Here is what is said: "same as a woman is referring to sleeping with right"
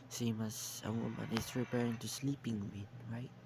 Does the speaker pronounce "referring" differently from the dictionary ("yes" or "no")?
yes